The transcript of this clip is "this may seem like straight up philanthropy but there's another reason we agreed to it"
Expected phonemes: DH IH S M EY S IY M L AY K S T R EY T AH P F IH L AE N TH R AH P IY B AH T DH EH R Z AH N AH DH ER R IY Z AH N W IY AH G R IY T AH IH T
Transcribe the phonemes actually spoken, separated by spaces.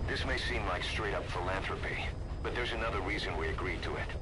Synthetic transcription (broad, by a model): DH IH S M EY S IY M L AY K S T R EY T AH P F IH L AE N TH R AH P IY B AH T DH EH R Z AH N AH DH ER R IY Z AH N W IY AH G R IY T AH IH T